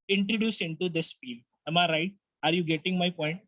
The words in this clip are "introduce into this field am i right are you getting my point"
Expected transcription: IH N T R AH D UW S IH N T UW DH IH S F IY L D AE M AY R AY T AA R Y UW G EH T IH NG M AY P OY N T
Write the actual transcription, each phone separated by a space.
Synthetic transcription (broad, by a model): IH N T R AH D UW S IH N T UW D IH S F IY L AA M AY R AY T AA R Y UW G EH T IH NG M AY P OY N T